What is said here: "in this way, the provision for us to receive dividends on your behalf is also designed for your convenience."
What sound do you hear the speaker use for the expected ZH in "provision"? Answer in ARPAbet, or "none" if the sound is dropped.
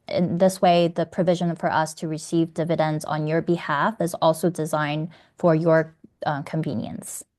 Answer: ZH